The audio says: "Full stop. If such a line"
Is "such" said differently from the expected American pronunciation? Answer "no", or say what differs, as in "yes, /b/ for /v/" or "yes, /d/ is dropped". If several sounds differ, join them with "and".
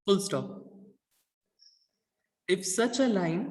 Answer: no